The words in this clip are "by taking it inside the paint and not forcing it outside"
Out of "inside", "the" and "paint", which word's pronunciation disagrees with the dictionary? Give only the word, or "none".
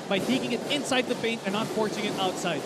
none